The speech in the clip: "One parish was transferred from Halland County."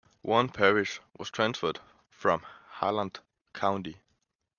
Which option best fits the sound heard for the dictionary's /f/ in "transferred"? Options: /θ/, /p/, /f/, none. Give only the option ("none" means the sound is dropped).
/f/